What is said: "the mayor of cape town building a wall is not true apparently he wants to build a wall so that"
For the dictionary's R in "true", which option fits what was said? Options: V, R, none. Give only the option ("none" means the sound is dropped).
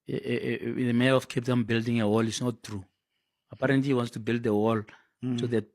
R